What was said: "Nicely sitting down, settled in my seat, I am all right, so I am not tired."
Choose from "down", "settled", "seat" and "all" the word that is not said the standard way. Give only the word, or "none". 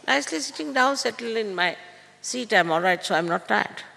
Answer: settled